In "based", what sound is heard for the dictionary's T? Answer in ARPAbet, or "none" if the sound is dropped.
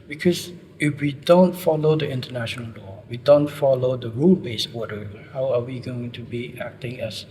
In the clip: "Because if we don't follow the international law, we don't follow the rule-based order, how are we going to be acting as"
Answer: none